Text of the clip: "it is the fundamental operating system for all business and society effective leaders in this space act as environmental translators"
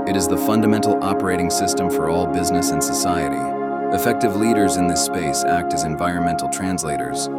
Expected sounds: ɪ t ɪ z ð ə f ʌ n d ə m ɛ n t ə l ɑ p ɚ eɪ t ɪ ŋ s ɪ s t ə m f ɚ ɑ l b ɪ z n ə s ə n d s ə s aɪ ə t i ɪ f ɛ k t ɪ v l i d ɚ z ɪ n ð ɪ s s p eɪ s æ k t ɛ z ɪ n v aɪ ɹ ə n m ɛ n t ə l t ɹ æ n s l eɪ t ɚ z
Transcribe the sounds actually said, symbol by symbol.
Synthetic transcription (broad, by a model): ɪ t ɪ z ð ə f ʌ n d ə m ɛ n t l ɑ p ɚ eɪ t ɪ ŋ s ɪ s t ə m f ɚ ɑ l b ɪ z n ə s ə n s ə s aɪ ə t i ɪ f ɛ k t ɪ v l i d ɚ z ɪ n ð ɪ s s p eɪ s æ k t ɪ z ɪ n v aɪ ɹ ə n m ɛ n t l t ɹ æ n s l eɪ t ɚ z